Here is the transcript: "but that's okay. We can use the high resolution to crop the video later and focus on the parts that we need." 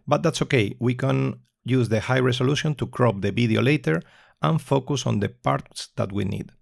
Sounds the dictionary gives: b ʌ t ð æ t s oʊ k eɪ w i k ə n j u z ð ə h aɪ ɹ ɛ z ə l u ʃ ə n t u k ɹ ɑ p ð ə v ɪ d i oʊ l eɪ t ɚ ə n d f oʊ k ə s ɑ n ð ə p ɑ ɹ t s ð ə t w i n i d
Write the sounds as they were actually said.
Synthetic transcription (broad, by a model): b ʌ t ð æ t s oʊ k eɪ w i k ə n j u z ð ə h aɪ ɹ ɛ s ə l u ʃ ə n t u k ɹ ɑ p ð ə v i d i oʊ l eɪ t ɚ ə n f oʊ k ə s ɑ n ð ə p ɑ ɹ t s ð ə t w i n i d